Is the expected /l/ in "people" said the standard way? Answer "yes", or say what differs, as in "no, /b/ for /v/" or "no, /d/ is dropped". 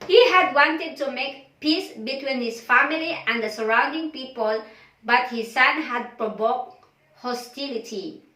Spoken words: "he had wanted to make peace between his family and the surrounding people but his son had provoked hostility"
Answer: yes